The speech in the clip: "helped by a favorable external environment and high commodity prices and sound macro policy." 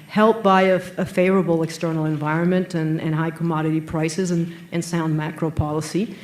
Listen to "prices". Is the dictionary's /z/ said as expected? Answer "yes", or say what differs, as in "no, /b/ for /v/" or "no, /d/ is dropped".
yes